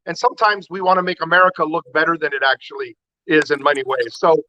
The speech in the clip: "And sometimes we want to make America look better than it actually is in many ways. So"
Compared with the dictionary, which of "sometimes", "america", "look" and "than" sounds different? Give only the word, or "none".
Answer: none